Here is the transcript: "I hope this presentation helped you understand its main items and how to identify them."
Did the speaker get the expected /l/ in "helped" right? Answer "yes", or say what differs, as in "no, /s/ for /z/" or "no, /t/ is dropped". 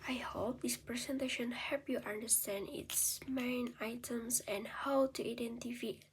no, /l/ is dropped